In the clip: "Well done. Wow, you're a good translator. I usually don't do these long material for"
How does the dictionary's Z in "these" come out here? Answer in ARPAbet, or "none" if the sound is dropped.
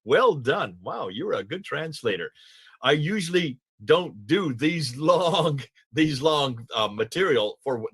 Z